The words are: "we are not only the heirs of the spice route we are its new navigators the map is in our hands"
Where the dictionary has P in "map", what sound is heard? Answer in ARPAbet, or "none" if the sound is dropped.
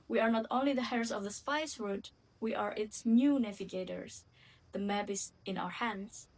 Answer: B